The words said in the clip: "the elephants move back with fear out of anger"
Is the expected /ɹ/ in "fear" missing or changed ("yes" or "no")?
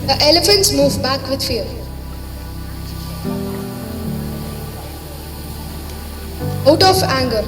yes